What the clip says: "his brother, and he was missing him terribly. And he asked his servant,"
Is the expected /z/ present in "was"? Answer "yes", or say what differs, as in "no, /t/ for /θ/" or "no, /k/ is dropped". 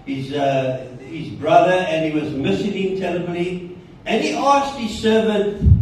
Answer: yes